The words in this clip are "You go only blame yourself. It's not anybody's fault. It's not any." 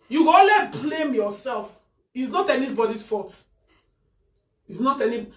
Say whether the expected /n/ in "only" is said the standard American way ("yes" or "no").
no